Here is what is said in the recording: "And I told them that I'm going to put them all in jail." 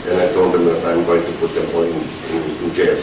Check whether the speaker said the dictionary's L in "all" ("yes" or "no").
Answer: no